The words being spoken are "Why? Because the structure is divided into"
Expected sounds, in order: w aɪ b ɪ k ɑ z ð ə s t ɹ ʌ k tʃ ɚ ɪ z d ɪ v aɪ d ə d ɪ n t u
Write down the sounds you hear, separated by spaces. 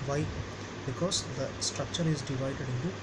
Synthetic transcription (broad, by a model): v aɪ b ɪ k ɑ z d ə s t ɹ ʌ k tʃ ɚ ɪ z d ɪ v aɪ d ə d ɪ n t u